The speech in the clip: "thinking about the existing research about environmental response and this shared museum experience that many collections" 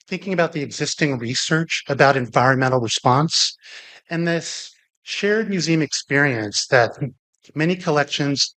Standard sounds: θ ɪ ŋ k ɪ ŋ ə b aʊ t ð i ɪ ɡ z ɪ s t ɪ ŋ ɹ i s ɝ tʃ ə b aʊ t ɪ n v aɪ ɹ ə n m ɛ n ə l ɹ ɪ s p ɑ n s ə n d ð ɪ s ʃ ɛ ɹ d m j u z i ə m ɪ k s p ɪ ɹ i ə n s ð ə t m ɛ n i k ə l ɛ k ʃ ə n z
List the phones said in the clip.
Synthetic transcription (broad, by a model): θ ɪ ŋ k ɪ ŋ ə b aʊ t ð i ɪ ɡ z ɪ s t ɪ ŋ ɹ i s ɝ tʃ ə b aʊ t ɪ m v aɪ ɹ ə n m ɛ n l ɹ ɪ s p ɑ n s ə n ð ɪ s ʃ ɛ ɹ d m j u z i ə m ɪ k s p ɪ ɹ i ə n s ð ə t m ɛ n i k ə l ɛ k ʃ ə n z